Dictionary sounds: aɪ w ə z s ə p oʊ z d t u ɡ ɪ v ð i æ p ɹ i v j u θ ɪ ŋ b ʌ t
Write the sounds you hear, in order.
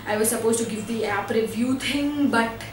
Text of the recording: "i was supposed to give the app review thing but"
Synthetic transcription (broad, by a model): aɪ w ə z s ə p oʊ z t u ɡ ɪ v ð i æ p ɹ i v j u t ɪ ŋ b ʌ t